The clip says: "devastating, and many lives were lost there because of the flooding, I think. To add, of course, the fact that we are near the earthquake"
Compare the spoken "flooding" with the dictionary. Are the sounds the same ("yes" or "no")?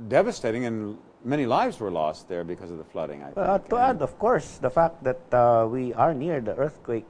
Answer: yes